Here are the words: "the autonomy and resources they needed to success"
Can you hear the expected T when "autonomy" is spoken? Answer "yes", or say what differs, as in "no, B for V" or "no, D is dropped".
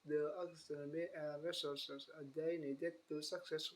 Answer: no, S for T